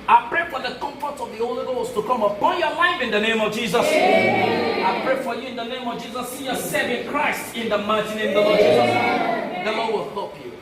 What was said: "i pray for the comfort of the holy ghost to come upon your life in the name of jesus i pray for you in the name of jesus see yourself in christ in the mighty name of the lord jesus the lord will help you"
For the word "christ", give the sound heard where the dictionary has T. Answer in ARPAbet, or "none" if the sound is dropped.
T